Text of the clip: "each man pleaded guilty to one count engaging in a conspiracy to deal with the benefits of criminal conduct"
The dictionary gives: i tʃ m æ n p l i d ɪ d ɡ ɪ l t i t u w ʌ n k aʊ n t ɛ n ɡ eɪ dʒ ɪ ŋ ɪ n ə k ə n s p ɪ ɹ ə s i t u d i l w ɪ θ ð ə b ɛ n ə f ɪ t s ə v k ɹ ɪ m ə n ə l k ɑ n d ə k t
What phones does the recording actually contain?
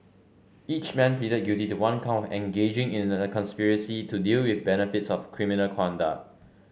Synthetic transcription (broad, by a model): i tʃ m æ n p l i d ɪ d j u t i t u w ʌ n k aʊ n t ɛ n ɡ eɪ dʒ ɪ ŋ ɪ n ə k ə n s p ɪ ɹ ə s i t u d i l w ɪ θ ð b ɛ n ə f ɪ t s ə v k ɹ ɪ m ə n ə l k ɑ n d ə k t